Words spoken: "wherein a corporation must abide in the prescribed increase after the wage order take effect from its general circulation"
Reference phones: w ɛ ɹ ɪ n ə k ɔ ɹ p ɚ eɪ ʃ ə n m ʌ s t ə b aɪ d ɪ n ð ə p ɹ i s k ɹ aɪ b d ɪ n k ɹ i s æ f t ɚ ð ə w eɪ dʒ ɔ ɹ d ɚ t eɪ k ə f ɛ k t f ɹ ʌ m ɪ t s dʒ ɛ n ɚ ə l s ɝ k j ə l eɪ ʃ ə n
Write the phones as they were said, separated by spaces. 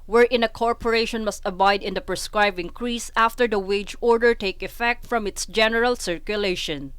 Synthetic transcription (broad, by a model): w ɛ ɹ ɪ n ə k ɔ ɹ p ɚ eɪ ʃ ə n m ʌ s t ə b aɪ d ɪ n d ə p ɹ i s k ɹ aɪ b ɪ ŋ k ɹ i s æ f t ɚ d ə w eɪ dʒ ɔ ɹ d ɚ t eɪ k ə f ɛ k t f ɹ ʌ m ɪ t s dʒ ɛ n ɚ ə l s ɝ k j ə l eɪ ʃ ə n